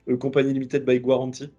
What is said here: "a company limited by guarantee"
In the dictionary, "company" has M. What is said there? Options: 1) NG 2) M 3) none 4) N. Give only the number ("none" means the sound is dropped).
3